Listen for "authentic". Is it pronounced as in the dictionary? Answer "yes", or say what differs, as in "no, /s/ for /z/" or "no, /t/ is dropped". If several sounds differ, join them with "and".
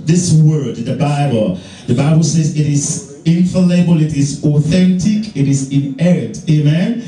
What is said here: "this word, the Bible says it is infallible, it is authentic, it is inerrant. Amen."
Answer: yes